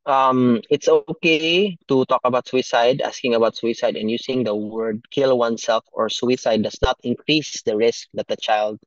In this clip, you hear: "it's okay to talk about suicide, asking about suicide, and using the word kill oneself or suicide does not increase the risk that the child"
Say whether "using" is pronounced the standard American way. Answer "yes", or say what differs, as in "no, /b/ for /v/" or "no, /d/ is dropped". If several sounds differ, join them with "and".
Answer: no, /s/ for /z/